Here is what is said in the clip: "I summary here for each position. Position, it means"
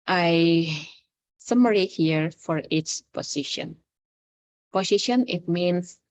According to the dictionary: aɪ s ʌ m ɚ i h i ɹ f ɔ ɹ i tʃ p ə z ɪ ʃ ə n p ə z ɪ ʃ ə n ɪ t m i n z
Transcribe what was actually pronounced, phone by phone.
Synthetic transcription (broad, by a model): aɪ s ʌ m ɚ i h i ɹ f ɔ ɹ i s p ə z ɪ ʃ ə n p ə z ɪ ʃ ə n ɪ t m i n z